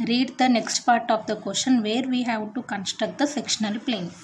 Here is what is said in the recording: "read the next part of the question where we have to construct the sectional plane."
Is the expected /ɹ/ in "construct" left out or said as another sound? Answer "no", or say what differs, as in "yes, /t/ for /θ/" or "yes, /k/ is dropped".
yes, /ɹ/ is dropped